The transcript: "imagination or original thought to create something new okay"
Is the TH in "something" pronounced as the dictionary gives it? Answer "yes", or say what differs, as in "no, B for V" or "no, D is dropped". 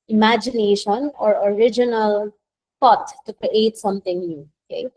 no, T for TH